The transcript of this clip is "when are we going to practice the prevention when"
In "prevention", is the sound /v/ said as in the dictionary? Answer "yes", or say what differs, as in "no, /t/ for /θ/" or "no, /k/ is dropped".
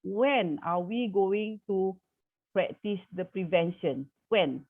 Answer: yes